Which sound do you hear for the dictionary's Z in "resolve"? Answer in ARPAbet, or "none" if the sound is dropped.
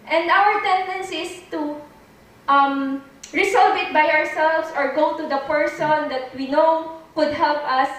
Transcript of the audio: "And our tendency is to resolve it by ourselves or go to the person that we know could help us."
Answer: S